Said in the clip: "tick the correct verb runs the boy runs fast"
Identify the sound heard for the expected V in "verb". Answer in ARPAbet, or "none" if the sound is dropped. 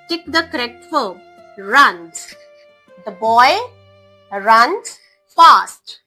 F